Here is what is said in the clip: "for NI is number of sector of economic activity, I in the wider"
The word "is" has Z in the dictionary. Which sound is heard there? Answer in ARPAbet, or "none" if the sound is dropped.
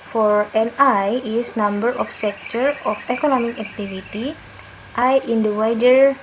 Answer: S